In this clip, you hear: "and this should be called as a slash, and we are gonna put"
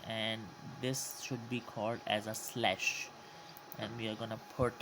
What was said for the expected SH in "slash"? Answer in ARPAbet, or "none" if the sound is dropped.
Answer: SH